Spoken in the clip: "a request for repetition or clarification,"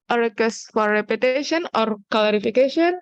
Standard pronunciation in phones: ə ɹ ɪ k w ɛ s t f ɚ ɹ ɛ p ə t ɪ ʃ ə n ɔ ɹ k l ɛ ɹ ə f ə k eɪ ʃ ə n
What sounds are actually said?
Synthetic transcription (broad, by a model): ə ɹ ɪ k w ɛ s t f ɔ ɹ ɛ p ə t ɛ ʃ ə n ɔ ɹ k l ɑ ɹ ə f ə k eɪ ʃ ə n